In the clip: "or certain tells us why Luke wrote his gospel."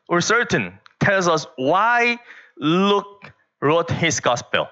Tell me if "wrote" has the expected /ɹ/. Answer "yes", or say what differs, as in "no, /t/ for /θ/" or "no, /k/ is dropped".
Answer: yes